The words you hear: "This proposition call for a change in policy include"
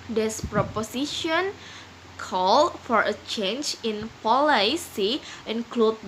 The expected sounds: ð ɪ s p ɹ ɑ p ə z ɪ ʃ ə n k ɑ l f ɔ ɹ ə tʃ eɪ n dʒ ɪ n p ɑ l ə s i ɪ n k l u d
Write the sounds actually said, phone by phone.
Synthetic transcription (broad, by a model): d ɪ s p ɹ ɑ p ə s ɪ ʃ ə n k ɑ l f ɔ ɹ ə tʃ eɪ n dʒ ɪ n p ɑ l ə s i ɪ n k l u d